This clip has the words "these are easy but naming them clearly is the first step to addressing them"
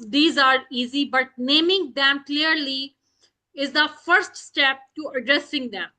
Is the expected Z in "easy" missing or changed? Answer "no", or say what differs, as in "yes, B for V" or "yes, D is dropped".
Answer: no